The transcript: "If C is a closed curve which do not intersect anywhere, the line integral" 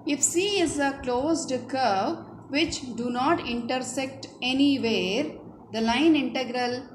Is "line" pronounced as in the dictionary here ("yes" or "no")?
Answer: yes